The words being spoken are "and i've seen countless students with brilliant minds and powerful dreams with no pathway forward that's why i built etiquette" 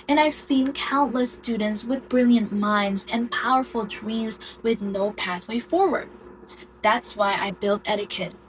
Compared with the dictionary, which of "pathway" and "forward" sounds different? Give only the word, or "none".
none